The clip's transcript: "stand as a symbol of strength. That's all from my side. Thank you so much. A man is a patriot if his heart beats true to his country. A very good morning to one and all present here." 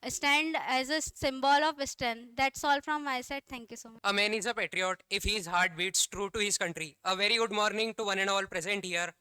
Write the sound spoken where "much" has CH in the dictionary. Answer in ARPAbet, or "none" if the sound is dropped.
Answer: none